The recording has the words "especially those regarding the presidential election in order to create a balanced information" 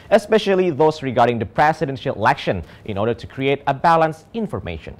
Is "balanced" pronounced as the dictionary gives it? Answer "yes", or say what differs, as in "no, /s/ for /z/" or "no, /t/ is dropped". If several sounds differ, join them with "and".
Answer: no, /t/ is dropped